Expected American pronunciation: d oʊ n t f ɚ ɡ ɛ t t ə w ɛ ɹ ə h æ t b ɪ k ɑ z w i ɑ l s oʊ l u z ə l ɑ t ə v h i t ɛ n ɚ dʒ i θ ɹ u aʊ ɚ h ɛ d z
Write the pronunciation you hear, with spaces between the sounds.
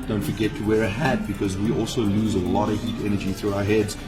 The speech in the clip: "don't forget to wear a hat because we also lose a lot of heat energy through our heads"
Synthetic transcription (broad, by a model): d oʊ n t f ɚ ɡ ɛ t t ə w ɛ ɹ ə h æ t b ɪ k ɑ z w i ɑ l s oʊ l u z ə l ɑ t ə v h i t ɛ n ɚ dʒ i θ ɹ u aʊ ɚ h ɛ d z